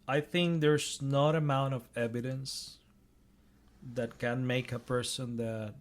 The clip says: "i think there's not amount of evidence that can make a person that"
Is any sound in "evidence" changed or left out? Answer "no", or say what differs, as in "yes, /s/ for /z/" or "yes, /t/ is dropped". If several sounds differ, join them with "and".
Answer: no